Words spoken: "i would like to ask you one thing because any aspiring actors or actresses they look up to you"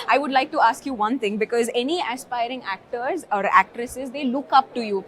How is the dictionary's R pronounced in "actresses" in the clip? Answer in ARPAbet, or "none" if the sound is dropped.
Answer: R